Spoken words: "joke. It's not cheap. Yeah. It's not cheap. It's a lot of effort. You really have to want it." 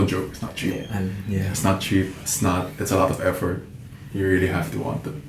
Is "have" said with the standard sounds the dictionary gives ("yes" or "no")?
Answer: no